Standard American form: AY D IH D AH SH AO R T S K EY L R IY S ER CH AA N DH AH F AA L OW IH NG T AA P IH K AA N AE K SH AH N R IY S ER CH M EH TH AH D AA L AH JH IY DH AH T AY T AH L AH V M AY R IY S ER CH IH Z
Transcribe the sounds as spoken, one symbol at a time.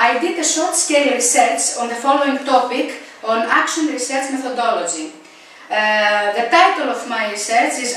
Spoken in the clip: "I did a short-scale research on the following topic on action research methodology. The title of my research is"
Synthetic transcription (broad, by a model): AY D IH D AH S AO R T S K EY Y R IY S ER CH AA N DH AH F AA L OW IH NG T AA P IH K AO N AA K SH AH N R IY S ER CH M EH TH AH D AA L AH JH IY DH AH T AY T AH L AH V M AY R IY S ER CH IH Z